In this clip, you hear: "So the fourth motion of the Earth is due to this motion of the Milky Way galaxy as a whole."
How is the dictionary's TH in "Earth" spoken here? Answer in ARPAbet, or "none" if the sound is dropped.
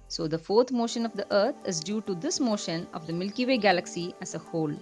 T